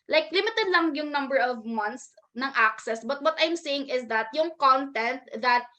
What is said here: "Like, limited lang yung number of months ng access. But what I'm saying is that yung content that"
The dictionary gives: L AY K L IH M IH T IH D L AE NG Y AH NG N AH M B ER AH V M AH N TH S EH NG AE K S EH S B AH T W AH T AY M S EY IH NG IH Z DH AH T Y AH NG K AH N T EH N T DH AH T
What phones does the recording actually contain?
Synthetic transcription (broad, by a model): L AY K L IH M IH T IH D L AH NG Y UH NG N AH M B ER AH V M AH N T S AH NG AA K S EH S B AH T W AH T AY M S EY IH NG IH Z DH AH T Y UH NG K AH N T EH N T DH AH T